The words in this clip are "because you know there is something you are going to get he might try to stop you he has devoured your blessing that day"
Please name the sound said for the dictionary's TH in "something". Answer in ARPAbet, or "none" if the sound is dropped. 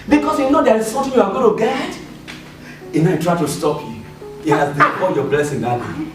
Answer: T